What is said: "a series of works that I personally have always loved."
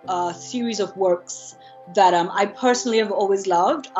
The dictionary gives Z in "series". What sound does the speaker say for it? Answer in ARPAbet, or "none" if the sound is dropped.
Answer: Z